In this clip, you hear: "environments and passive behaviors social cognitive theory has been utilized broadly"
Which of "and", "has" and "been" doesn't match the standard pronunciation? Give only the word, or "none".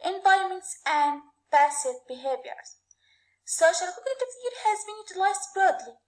none